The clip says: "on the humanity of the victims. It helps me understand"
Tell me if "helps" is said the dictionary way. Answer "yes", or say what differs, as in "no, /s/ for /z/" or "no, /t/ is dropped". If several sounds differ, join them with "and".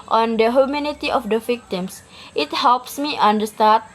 yes